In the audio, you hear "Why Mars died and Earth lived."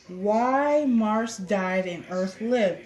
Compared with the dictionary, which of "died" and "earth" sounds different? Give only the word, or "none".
none